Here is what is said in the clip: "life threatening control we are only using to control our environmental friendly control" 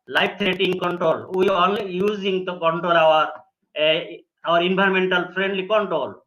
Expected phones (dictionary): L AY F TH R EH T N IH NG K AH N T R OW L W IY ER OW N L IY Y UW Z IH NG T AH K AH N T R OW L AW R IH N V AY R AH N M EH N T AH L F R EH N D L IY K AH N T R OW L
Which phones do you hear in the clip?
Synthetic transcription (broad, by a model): L AY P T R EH T IH NG K AH N T R OW L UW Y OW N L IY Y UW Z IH NG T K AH N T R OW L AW R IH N B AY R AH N M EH N T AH L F R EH N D L IY K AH N T R OW L